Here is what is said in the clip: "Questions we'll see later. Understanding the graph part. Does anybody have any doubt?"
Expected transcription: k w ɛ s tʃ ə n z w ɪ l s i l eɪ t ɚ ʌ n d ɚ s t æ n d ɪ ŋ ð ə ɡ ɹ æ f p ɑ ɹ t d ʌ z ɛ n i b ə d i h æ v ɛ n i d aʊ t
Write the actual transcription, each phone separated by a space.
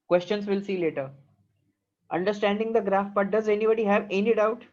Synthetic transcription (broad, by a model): k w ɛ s tʃ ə n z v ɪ l s i l eɪ t ɚ ʌ n d ɚ s t æ n d ɪ ŋ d ə ɡ ɹ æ f b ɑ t d ʌ z ɛ n i b ə d i h æ v ɛ n i d aʊ t